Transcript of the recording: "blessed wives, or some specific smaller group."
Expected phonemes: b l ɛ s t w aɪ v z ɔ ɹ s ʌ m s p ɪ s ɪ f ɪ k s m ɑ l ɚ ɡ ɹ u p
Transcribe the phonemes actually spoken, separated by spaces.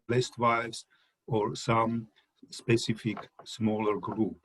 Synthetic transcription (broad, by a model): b l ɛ s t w aɪ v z ɔ ɹ s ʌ m s p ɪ s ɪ f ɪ k s m ɑ l ɚ ɡ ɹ u p